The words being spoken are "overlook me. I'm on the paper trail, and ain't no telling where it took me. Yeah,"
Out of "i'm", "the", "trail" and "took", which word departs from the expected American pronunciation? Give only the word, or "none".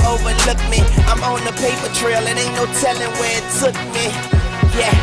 took